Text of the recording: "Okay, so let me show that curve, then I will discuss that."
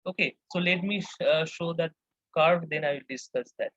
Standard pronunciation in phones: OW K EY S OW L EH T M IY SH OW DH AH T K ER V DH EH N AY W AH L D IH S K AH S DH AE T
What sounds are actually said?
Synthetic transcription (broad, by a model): OW K EY S OW L EH T M IY SH OW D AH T K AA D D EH N AY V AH L D IH S K AH S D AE T